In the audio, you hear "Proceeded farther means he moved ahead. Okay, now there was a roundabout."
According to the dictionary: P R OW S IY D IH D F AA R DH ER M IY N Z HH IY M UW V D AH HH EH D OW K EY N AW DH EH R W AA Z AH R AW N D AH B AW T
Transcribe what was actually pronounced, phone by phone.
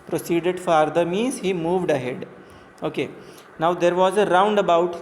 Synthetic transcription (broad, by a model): P R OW S IY D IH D F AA R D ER M IY N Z HH IY M UW V D AH HH EH D OW K EY N AW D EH R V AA Z AH R AW N D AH B AW T